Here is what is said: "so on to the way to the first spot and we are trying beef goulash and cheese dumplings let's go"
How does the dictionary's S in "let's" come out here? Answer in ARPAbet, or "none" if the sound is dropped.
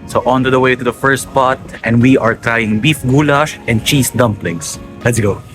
S